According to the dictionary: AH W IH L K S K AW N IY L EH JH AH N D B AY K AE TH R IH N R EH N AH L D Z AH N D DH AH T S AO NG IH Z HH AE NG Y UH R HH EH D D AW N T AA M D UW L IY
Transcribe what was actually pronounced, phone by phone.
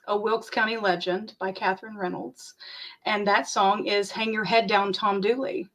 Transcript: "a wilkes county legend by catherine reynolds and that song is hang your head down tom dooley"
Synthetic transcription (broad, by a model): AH W IH L K S K AW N IY L EH JH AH N B AY K AE TH R IH N R EH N L D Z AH N DH AH T S AO NG IH Z HH AE NG Y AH R HH EH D D AW N T AA M D UW L IY